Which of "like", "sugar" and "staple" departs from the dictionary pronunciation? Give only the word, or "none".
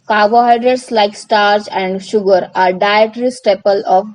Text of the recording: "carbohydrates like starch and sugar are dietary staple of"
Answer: none